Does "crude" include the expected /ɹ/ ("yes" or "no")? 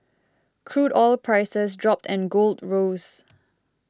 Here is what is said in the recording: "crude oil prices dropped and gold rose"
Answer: yes